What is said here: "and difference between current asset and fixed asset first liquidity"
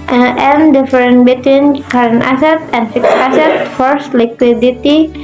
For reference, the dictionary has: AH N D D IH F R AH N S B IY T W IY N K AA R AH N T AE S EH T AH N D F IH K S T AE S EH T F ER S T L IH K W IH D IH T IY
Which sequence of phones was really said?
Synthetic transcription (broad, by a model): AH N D D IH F R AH N B IY T W IY N K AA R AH N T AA S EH T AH N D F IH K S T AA S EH T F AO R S L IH K W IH D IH T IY